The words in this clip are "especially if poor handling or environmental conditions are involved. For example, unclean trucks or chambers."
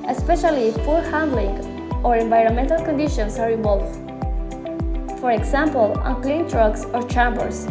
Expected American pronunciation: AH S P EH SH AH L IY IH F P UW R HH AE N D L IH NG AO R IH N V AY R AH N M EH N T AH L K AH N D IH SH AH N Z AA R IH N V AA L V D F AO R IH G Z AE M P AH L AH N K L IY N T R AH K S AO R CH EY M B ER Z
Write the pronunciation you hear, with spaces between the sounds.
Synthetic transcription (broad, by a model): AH S P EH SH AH L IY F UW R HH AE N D L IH NG AO R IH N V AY R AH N M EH N T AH L K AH N D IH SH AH N S AA R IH V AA L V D F AO R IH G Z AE M P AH L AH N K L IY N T R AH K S AO R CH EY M B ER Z